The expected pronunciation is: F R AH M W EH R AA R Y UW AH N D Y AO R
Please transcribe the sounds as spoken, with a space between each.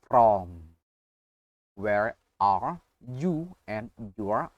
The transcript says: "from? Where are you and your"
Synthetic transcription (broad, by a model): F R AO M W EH R AA R Y UW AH N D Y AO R